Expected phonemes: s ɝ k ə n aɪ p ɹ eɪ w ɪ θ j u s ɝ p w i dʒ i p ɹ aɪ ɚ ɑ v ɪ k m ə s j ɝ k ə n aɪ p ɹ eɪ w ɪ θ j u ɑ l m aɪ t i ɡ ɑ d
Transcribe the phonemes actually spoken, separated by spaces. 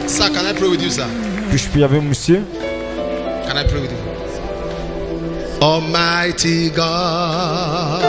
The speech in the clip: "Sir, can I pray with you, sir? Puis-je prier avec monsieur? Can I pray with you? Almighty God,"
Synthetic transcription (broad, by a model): s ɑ k ə n aɪ p ɹ eɪ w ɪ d j u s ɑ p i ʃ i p i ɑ b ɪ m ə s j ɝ k ə n aɪ p ɹ eɪ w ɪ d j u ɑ m aɪ t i ɡ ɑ